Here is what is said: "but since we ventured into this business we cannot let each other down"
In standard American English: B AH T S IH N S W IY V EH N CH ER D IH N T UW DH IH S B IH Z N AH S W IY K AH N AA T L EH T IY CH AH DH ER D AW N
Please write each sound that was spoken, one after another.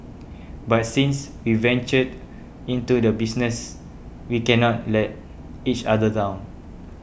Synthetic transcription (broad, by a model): B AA T S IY N S W IY V EH N CH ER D IH N T UW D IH B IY S N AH S W IY K AH N AA T L EH T IY CH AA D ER D AW N